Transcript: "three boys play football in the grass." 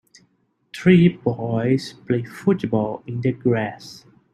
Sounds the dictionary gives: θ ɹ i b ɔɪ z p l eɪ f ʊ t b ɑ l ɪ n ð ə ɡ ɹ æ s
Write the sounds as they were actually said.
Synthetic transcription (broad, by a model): t ɹ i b ɔɪ s p l eɪ f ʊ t b ɑ l ɪ n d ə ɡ ɹ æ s